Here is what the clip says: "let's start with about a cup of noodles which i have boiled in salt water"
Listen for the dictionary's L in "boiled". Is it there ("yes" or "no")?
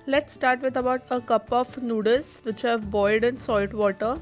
no